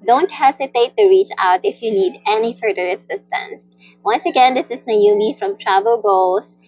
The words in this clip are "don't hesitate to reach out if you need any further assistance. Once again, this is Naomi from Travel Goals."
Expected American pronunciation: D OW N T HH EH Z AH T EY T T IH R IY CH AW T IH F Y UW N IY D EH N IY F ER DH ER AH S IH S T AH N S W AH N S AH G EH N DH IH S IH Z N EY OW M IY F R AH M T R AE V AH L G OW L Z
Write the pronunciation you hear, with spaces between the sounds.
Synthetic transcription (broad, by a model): D OW N T HH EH S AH T EY T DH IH R IY CH AW T IH F Y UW N IY D EH N IY F ER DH ER AH S IH S T AH N S W AH N S AH G EH N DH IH S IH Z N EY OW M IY F R AH M T R AE V AH L G OW L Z